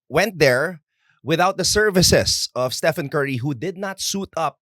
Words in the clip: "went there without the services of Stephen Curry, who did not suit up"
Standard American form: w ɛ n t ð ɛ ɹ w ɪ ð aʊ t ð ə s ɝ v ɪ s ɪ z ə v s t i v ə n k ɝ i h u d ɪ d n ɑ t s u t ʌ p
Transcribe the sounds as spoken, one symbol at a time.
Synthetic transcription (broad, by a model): w ɛ n t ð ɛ ɹ w ɪ ð aʊ t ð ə s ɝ v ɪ s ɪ s ə v s t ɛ f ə n k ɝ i h u d ɪ d n ɑ t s u t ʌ p